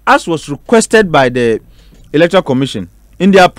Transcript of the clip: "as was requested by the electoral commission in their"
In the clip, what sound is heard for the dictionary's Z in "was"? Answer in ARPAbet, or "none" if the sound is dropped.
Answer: S